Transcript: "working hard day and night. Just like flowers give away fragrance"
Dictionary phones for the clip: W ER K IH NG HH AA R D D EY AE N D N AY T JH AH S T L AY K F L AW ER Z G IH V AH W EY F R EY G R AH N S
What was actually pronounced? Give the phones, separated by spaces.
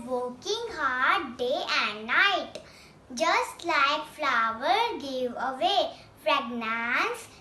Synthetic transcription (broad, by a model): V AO K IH NG HH AA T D D EY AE N D N AY T JH AH S T L AY K F L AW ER G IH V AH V EY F R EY G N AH N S